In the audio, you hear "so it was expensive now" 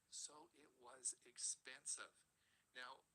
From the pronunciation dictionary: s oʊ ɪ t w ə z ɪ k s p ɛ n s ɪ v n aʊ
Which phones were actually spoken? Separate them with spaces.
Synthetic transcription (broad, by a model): s oʊ ɪ t w ə z ɪ k s p ɛ n s ɪ v n aʊ